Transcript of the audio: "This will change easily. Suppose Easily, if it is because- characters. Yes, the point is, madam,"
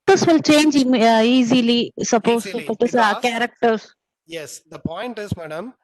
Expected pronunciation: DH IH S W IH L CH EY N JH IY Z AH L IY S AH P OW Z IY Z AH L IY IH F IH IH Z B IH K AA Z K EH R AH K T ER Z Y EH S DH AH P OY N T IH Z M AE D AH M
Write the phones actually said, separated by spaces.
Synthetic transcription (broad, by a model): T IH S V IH L CH EY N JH IY Z AH L IY S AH P OW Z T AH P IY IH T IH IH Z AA K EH R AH K T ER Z Y EH S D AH P OY N T IH Z M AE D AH M